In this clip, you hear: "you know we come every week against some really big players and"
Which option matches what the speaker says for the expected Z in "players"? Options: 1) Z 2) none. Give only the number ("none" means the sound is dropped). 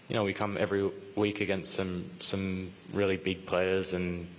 1